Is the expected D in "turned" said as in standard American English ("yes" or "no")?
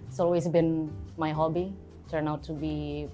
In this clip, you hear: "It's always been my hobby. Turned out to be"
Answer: no